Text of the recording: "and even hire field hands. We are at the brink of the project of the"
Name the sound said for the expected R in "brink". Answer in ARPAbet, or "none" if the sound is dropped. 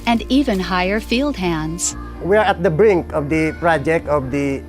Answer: R